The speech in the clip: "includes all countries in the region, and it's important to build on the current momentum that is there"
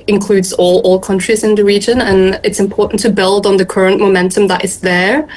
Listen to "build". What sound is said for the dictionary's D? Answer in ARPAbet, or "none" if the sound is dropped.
D